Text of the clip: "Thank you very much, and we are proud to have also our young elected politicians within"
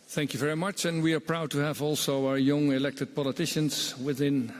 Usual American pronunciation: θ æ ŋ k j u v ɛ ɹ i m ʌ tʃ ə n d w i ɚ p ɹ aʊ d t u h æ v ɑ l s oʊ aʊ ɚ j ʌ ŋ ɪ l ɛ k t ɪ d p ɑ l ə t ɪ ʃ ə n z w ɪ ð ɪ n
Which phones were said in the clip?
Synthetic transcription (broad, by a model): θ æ ŋ k j u v ɛ ɹ i m ʌ tʃ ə n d w i ɚ p ɹ aʊ d t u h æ v ɑ l s oʊ aʊ ɚ j ʌ ŋ ɪ l ɛ k t ɪ d p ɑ l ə t ɪ ʃ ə n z w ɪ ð ɪ n